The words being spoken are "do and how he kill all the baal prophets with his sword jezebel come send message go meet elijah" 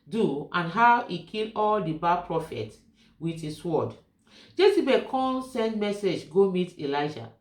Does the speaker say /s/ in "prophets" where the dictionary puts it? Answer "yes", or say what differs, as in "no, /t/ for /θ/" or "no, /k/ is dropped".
no, /s/ is dropped